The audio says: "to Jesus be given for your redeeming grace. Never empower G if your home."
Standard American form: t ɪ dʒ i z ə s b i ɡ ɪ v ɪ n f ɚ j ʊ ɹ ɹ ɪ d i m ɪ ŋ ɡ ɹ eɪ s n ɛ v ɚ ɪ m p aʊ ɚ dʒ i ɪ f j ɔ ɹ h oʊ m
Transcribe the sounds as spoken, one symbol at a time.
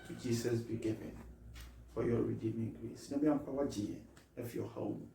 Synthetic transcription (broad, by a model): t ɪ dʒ i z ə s b i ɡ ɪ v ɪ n f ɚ j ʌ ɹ ɹ ɪ d i m ɪ ŋ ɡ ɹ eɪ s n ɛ b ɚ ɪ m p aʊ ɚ dʒ i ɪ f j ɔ h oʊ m